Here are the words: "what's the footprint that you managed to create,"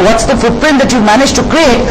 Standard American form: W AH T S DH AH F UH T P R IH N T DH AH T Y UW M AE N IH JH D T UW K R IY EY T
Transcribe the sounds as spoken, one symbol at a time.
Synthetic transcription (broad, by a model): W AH T S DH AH F UH T P R IH N T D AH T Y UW M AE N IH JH T UW K R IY EY T